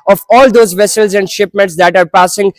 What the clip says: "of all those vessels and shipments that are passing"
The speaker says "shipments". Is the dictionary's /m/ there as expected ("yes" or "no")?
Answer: yes